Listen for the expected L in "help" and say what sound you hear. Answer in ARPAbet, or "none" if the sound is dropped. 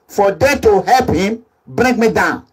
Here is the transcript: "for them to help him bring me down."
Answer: L